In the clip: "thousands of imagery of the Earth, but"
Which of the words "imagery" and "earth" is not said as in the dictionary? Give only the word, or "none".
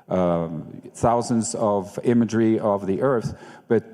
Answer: none